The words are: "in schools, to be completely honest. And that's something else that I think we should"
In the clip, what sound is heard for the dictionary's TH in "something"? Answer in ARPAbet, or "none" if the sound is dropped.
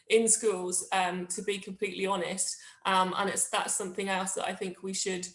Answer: TH